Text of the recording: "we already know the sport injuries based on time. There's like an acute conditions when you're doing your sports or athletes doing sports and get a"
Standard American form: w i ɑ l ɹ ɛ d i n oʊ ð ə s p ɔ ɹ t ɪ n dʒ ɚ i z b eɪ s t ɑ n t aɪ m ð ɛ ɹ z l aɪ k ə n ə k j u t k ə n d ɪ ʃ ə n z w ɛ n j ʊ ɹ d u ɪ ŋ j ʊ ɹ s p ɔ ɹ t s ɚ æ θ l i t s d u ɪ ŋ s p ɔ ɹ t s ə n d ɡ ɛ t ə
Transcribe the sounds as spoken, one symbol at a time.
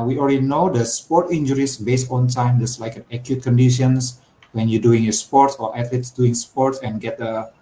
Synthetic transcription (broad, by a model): w i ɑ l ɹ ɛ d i n oʊ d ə s p ɔ ɹ t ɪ n dʒ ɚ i s b eɪ s t ɑ n t aɪ m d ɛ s l aɪ k ə n ə k j u t k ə n d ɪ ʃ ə n s w ɛ n j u d u ɪ ŋ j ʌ s p ɔ ɹ t s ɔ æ t l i t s d u ɪ ŋ s p ɔ ɹ t s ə n ɡ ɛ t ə